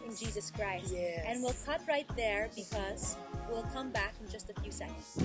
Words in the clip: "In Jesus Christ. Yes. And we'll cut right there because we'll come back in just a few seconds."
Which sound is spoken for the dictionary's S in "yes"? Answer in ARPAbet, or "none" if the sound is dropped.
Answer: none